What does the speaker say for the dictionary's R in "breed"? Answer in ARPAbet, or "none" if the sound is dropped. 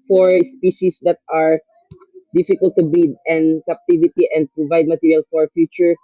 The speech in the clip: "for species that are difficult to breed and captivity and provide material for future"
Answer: none